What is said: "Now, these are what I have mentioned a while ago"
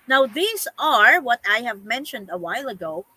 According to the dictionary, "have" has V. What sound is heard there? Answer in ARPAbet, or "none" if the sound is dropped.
V